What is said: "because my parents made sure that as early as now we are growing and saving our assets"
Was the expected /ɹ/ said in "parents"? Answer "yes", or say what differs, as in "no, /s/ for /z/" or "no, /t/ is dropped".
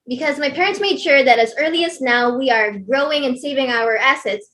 yes